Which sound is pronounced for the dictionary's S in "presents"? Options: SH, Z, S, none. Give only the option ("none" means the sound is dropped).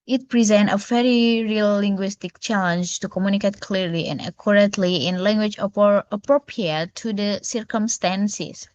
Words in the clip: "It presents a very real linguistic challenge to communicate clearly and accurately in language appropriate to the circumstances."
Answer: none